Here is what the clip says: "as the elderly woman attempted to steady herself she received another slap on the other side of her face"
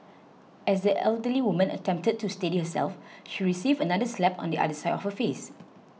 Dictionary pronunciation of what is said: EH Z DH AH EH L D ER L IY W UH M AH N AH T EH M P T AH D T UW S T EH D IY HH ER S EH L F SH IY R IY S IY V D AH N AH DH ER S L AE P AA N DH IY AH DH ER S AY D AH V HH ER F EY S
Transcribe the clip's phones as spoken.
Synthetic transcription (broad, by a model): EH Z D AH EH L D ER L IY W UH M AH N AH T EH M P T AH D T UW S T EH D IY HH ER S EH L F SH IY R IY S IY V AH N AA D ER S L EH P AA N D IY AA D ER S AY D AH F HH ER F EY S